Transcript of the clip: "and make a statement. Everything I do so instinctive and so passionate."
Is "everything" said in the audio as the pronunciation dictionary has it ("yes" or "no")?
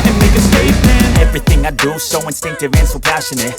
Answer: yes